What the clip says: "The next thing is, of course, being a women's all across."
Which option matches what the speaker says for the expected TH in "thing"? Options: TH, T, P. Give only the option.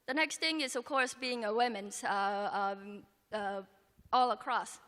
TH